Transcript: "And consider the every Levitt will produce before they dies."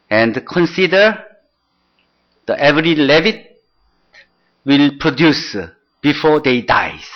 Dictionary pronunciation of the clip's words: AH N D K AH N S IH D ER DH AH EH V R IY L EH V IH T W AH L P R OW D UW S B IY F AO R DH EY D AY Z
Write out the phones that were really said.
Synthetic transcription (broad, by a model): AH N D K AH N S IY D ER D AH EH V R IY L EH V IH T W AH L P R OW D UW S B IY F AO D EY D AY